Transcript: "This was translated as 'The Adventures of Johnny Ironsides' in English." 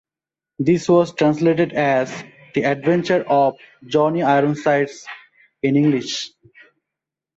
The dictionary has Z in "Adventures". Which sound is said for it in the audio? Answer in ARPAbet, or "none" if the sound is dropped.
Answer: none